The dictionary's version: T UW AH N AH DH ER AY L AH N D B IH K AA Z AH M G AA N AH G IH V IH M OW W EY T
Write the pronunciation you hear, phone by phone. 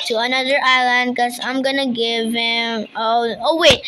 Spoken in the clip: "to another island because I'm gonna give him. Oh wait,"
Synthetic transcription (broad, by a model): T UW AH N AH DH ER AY L AH N D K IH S AA AH M G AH N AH G IH V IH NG OW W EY